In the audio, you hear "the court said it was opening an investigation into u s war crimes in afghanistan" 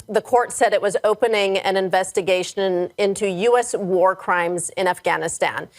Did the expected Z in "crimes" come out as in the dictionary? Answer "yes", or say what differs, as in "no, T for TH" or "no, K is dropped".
yes